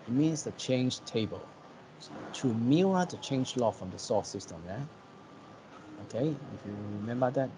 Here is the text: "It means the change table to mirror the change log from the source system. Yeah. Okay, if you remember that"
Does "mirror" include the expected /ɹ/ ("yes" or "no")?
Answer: no